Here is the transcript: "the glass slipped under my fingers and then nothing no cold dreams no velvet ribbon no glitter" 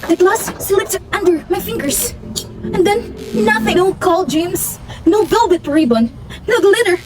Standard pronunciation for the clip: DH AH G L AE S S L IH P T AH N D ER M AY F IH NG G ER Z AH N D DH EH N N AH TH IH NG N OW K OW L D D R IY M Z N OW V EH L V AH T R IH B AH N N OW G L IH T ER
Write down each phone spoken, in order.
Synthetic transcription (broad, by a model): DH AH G L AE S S L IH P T AH N D ER M AY F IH NG G ER S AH N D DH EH N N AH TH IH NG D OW K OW L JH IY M S N OW B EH L B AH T R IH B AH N N OW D L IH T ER